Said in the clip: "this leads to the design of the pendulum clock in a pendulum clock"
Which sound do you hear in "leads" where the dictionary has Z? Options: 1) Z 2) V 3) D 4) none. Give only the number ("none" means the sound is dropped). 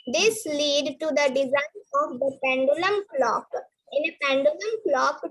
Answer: 4